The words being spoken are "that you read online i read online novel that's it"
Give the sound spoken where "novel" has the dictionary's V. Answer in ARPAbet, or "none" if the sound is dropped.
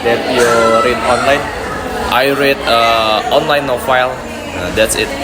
F